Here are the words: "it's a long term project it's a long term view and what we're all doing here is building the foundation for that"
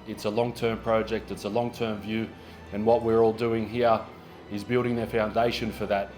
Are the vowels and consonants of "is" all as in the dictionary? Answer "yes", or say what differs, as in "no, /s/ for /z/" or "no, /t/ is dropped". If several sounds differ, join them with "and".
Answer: yes